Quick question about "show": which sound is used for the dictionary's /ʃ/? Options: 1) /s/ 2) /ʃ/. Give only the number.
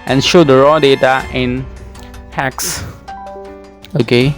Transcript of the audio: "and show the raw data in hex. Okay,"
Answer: 2